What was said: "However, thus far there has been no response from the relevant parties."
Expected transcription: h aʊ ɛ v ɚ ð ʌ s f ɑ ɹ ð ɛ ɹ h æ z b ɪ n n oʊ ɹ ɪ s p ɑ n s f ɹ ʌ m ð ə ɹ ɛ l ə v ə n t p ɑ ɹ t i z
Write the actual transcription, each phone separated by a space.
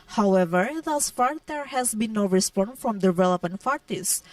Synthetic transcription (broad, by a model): h aʊ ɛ v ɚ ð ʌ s f ɑ ɹ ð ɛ ɹ h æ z b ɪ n n oʊ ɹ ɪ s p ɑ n f ɹ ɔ m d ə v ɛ l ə p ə n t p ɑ ɹ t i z